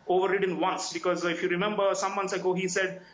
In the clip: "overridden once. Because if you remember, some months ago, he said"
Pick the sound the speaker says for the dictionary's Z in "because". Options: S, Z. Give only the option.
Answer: Z